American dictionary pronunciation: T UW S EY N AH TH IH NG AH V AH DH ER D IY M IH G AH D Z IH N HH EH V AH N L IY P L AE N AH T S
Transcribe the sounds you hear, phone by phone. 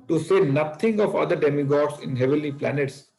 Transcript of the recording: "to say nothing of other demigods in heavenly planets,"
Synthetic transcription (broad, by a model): T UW S EY N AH T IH NG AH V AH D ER D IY M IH G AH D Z IH N HH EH V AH L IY P L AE N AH T S